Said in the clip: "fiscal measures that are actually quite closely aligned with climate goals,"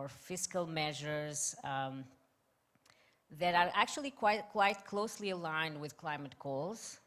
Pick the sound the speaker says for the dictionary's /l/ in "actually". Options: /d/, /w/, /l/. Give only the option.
/w/